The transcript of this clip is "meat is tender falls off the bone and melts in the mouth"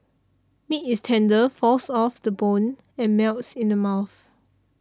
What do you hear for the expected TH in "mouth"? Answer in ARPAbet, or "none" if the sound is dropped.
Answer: TH